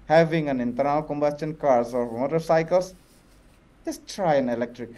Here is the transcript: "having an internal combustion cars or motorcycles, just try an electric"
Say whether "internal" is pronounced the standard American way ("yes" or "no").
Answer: no